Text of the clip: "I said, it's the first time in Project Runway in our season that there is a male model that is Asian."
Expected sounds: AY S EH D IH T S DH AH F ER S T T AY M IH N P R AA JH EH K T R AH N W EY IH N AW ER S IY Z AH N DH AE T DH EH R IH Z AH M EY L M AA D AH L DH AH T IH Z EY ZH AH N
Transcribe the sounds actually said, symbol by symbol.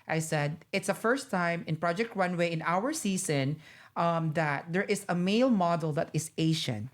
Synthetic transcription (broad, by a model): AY S EH D IH T S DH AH F ER S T T AY M IH N P R AA JH EH K T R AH N W EY IH N AW ER S IY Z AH N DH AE T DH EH R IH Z AH M EY L M AA D AH L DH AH T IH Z EY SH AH N